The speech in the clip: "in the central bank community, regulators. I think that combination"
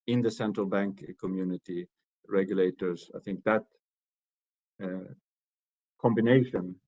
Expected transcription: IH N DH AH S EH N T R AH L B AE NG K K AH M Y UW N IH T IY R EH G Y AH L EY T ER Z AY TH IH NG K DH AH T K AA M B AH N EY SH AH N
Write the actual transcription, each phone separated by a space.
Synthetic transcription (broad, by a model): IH N DH AH S EH N T R AH L B AE NG K K AH M Y UW N IH T IY R EH G Y AH L EY T ER Z AY TH IH NG K DH AH T K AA M B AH N EY SH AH N